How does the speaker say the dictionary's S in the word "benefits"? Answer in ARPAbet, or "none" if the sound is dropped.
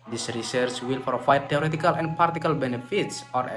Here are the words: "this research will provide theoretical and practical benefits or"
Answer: S